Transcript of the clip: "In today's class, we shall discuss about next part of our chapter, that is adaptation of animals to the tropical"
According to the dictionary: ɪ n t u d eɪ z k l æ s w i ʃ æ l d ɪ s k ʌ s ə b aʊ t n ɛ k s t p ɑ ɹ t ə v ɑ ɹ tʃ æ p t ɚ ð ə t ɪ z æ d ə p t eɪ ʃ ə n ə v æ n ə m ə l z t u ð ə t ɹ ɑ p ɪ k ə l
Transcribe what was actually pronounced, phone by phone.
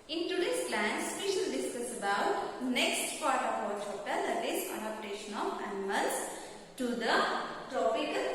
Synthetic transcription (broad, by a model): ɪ n t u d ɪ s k l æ s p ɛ ʃ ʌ l d ɪ s k ʌ s ə b aʊ t n ɛ k s t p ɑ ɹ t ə p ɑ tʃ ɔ t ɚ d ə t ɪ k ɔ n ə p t eɪ ʃ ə n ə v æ n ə m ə l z t u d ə t ɹ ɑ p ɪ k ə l